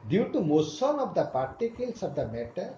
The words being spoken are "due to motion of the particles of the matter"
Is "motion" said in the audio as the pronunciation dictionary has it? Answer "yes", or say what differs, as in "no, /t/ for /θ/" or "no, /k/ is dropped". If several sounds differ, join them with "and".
no, /s/ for /ʃ/